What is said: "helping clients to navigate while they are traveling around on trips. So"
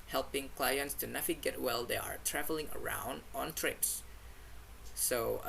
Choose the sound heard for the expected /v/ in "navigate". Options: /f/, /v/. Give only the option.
/f/